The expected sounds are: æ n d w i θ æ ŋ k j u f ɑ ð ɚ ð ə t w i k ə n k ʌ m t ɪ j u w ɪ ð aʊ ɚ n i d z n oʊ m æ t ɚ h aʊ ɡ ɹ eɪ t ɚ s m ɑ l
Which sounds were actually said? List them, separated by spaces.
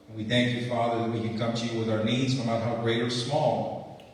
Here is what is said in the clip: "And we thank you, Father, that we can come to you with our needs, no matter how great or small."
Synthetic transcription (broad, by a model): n w i θ æ ŋ k j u f ɑ ð ɚ ð ə t w i k ə n k ʌ m t ɪ j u w ɪ ð aʊ ɚ n i d z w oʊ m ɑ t h aʊ ɡ ɹ eɪ t ɚ s m ɑ l